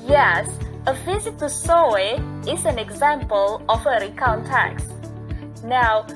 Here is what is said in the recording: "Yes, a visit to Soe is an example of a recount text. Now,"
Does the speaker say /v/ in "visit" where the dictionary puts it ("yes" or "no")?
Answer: no